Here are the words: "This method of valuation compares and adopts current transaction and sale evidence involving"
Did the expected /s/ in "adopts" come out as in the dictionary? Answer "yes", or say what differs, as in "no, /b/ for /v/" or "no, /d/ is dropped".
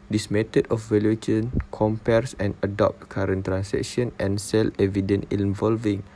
no, /s/ is dropped